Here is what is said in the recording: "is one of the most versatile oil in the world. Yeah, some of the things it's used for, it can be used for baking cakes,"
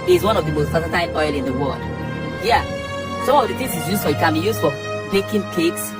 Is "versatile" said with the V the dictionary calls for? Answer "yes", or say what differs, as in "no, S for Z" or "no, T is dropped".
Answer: no, P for V